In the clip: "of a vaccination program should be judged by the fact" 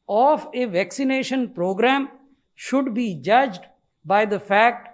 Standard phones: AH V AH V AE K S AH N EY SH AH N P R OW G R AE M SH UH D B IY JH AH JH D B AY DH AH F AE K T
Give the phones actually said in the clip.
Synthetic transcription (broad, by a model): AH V AH V AE K S AH N EY SH AH N P R OW G R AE M SH UH D B IY JH AH JH D B AY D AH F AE K T